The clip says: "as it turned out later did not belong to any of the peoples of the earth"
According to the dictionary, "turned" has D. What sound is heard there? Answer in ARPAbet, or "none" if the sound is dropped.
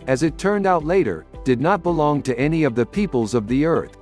D